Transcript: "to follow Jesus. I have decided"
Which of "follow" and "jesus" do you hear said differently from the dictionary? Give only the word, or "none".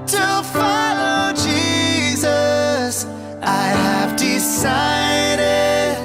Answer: none